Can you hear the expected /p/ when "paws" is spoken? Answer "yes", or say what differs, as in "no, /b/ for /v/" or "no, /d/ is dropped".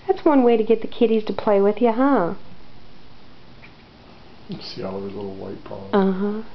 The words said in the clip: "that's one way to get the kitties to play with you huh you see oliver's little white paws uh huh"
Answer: no, /b/ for /p/